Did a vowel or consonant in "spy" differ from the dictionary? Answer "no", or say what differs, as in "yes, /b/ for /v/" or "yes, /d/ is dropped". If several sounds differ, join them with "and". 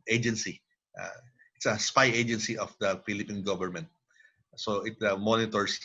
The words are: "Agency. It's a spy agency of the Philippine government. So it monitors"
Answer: no